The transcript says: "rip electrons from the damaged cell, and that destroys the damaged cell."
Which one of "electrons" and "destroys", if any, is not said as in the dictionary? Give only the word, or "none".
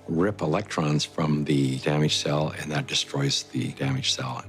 none